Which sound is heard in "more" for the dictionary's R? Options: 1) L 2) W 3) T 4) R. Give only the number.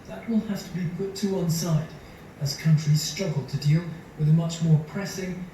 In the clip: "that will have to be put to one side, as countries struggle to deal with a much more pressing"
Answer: 4